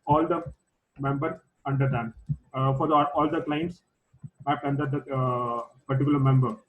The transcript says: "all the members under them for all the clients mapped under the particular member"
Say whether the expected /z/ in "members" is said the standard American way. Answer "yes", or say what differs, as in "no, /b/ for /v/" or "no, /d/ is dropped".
no, /z/ is dropped